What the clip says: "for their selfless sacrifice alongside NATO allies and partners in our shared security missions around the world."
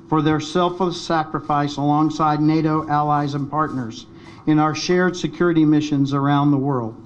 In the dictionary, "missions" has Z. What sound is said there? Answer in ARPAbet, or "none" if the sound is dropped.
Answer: Z